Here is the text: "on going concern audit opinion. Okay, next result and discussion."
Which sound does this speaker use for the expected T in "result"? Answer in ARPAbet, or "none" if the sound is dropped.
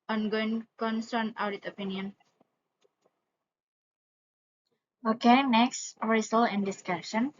none